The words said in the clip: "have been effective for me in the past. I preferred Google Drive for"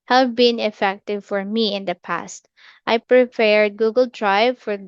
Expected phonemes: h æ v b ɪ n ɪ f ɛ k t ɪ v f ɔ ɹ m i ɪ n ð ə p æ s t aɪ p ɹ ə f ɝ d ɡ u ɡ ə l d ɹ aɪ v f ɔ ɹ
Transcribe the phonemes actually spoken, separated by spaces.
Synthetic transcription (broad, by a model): h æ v b ɪ n ɪ f ɛ k t ɪ v f ɔ ɹ m i ɪ n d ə p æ s t aɪ p ɹ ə p ɝ d ɡ u ɡ ə l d ɹ aɪ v f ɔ ɹ